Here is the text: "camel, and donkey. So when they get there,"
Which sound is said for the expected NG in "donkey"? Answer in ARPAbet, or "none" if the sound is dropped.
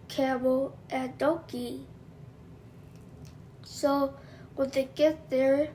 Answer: none